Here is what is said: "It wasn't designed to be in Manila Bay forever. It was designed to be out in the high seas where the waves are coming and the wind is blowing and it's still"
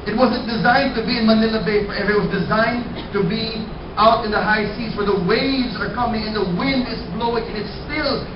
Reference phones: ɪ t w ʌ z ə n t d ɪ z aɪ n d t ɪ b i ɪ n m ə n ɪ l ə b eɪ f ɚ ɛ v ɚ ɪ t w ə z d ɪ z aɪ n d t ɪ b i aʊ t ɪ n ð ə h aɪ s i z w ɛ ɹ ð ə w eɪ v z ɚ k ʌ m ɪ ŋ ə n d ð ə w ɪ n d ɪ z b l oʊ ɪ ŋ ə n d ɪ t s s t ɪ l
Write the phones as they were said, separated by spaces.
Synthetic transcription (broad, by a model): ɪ t w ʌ z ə n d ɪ z aɪ n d t ɪ b i ɪ n m ə n ɪ l ə b eɪ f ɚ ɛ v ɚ ɪ t w ə z d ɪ z aɪ n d t ɪ b i aʊ t ɪ n ð ə h aɪ s i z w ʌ ɹ ð ə w eɪ v z ɚ k ʌ m ɪ ŋ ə n ð ə w ɪ n d ɪ z b l oʊ ɪ ŋ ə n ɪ t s s t ɪ l